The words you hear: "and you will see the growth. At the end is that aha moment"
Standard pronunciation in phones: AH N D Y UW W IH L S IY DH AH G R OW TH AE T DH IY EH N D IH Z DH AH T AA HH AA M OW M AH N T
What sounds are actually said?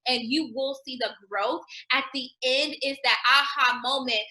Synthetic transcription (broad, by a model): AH N Y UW W IH L S IY DH AH G R OW TH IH T DH IY EH N D IH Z DH AH T AA HH AA M OW M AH N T